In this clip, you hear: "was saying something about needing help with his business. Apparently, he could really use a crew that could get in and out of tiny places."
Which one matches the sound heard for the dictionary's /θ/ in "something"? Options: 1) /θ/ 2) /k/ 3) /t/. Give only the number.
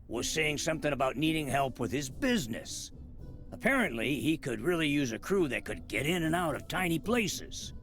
1